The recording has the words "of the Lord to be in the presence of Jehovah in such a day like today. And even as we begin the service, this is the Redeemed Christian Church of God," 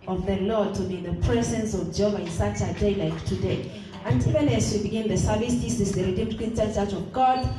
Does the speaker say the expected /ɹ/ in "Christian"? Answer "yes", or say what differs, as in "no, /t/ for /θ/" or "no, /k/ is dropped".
no, /ɹ/ is dropped